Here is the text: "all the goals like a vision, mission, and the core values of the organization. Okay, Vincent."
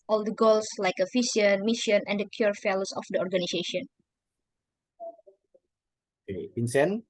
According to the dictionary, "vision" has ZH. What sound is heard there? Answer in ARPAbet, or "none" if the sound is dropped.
S